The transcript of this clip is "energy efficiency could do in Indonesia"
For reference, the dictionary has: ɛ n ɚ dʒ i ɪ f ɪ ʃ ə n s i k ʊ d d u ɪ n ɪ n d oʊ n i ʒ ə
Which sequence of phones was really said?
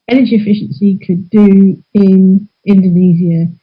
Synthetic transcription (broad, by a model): ɛ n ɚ dʒ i ɪ f ɪ ʃ ə n s i k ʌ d d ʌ ɪ n ɪ n d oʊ n i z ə